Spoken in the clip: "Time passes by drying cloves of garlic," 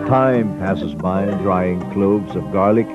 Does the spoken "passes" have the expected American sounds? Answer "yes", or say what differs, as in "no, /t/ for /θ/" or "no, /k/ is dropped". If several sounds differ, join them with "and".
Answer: yes